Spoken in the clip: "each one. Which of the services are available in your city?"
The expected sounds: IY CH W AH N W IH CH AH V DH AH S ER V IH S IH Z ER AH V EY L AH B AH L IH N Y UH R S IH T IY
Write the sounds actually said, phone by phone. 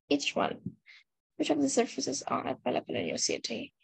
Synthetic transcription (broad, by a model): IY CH W AH N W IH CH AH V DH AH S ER F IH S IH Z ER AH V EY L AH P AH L IH N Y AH S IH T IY